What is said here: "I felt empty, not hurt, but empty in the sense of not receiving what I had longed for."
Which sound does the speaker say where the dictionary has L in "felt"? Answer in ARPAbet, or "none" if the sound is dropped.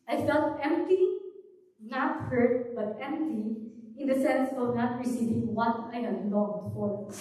L